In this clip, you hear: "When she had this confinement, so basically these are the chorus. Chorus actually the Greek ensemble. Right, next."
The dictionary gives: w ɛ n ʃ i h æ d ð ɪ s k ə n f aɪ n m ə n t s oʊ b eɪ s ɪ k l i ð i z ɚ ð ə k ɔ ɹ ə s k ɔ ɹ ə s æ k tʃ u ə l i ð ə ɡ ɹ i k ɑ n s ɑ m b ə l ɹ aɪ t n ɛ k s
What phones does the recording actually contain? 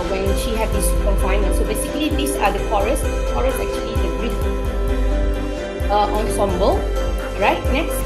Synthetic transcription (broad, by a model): w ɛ n ʃ i h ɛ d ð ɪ s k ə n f aɪ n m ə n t s oʊ b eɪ s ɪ k l i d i s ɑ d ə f ɔ ɹ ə s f ɔ ɹ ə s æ k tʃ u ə l i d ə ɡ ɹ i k ɑ n s ɑ m b ə l ɹ aɪ t n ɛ k s